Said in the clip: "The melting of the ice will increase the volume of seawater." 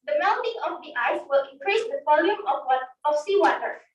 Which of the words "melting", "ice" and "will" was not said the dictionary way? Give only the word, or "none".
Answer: melting